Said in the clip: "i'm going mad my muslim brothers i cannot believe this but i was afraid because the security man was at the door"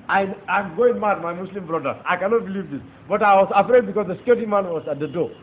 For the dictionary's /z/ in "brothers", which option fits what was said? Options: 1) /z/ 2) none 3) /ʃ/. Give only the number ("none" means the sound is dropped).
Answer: 2